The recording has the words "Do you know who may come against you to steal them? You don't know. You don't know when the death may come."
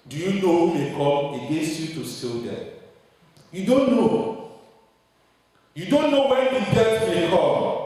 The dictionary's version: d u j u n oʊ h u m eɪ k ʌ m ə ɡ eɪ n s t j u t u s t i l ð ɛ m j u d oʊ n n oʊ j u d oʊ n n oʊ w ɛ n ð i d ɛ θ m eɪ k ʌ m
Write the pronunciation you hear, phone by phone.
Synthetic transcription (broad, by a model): d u j u n oʊ h u m eɪ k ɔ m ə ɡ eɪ s j u t u s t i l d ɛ j u d oʊ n n oʊ j u d oʊ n n oʊ w ɛ n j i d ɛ t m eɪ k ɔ